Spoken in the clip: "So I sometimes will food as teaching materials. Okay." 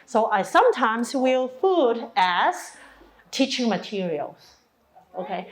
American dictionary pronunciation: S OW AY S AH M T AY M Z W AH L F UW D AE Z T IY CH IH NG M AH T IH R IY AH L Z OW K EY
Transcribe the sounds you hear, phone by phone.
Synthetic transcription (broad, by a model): S OW AY S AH M T AY M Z W AH L F UW D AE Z T IY CH IH NG M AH T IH R IY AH L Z OW K EY